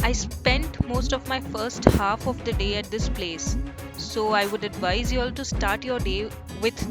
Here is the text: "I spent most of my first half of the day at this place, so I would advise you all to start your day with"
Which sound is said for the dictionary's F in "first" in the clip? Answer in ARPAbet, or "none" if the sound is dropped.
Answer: F